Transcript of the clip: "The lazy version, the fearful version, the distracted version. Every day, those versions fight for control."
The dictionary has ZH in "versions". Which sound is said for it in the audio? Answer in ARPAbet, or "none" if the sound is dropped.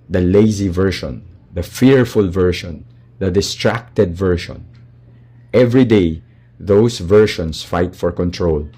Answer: SH